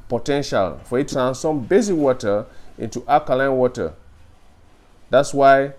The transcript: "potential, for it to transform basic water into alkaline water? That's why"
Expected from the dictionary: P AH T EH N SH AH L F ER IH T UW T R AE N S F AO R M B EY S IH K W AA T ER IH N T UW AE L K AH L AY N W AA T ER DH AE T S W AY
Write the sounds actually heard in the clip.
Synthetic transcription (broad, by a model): P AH T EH N SH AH L F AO IH T UW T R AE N S AO M B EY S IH W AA T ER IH N T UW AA K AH L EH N W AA T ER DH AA T S W AY